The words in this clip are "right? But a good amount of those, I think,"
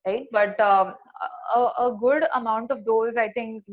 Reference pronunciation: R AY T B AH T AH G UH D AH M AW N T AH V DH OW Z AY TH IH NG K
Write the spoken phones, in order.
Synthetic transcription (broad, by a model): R AY T B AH T AH G UH D AH M AW N T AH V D OW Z AY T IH NG K